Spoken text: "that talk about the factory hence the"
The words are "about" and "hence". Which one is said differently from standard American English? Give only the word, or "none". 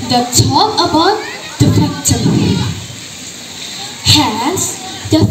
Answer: hence